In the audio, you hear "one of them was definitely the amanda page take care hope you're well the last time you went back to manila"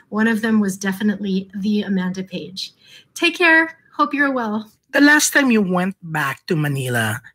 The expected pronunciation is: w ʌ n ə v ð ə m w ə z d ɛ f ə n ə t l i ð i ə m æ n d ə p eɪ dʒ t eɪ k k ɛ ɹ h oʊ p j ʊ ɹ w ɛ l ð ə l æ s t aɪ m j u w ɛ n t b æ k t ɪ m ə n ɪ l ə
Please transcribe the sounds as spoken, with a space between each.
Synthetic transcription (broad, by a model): w ʌ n ə v ð ə m w ə z d ɛ f ə n ə t l i ð i ə m æ n d ə p eɪ dʒ t eɪ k k ɛ ɹ h oʊ p j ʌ ɹ w ɛ l ð ə l æ s t aɪ m j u w ɛ n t b æ k t ɪ m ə n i l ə